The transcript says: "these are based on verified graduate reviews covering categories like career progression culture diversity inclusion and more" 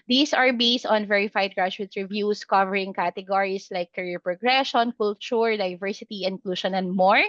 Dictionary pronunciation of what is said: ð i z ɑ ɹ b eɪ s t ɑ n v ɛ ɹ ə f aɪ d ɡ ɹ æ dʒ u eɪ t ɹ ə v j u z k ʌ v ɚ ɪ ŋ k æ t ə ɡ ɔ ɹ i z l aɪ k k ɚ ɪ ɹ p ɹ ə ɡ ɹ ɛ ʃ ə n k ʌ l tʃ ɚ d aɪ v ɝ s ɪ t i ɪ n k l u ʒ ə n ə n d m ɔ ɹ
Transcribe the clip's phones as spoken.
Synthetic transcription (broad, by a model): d i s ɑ ɹ b eɪ s t ɑ n v ɛ ɹ ə f aɪ d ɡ ɹ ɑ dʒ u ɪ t ɹ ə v j u s k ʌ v ɚ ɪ ŋ k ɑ t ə ɡ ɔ ɹ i s l aɪ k k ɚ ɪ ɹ p ɹ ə ɡ ɹ ɛ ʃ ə n k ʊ l tʃ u d aɪ v ɝ s ɪ t i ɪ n k l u ʃ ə n ə n d m ɔ ɹ